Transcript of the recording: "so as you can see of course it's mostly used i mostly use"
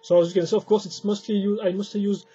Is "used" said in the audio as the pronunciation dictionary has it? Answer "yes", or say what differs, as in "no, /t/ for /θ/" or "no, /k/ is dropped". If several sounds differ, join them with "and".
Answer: no, /d/ is dropped